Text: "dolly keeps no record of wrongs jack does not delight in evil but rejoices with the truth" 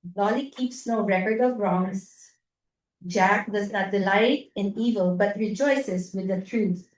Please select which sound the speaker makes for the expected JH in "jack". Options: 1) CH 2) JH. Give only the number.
2